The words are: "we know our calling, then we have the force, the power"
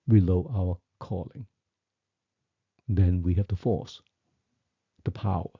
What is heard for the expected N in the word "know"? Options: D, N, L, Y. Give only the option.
L